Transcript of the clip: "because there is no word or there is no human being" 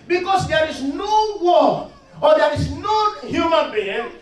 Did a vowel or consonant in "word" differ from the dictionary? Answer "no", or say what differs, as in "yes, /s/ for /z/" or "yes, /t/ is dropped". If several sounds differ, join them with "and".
yes, /d/ is dropped